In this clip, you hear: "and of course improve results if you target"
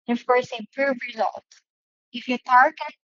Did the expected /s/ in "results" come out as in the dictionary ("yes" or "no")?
no